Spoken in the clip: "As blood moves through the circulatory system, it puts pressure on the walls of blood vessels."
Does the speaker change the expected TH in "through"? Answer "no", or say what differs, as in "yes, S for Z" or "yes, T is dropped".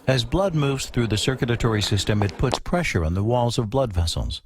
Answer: no